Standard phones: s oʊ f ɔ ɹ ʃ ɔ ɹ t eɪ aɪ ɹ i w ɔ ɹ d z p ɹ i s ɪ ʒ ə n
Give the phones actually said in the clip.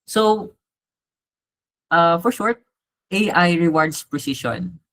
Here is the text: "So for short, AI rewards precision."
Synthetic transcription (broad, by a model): s oʊ f ɔ ɹ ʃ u ɹ t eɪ aɪ ɹ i w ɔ ɹ d s p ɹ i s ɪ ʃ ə n